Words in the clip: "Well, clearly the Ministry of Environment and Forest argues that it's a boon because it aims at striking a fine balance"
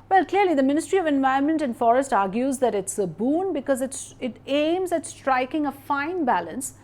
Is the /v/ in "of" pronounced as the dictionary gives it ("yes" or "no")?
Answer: yes